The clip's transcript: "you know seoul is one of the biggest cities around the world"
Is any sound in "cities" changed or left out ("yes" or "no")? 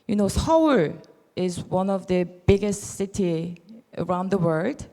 yes